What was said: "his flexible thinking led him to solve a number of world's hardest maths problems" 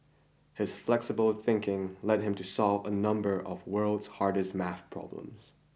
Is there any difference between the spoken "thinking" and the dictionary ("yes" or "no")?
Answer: no